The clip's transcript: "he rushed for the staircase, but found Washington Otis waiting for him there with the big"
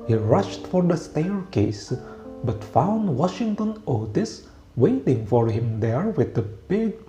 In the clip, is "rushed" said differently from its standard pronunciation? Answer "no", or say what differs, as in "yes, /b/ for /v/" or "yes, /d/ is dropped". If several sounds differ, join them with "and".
no